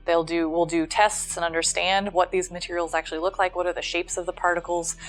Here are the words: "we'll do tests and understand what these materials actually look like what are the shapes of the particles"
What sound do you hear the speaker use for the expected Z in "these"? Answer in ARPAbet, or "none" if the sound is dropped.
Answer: Z